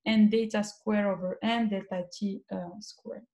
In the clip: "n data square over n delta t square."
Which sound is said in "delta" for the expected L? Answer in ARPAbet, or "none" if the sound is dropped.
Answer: none